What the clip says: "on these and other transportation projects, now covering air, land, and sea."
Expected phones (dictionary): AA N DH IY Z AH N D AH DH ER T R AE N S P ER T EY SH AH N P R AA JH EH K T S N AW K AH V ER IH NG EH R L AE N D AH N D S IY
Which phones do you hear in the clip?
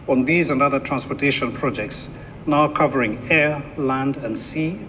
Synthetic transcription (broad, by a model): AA N DH IY Z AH N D AH DH ER T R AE N S P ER T EY SH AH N P R AA JH EH K T S N AW K AH V ER IH NG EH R L AE N D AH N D S IY